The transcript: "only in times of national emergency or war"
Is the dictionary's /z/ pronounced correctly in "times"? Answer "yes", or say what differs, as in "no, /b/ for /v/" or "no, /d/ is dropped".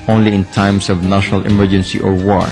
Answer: no, /s/ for /z/